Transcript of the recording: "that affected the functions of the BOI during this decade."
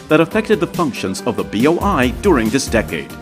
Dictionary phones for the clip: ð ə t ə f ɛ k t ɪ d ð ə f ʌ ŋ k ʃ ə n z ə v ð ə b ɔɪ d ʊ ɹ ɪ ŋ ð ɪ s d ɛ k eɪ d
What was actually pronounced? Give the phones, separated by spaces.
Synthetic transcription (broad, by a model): ð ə t ə f ɛ k t ɪ d ð ə f ʌ ŋ k ʃ ə n z ə v ð ə b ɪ d ʊ ɹ ɪ ŋ ð ɪ s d ɛ k eɪ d